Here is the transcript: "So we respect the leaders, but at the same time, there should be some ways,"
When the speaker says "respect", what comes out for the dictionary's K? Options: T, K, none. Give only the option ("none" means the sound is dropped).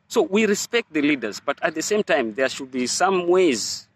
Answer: K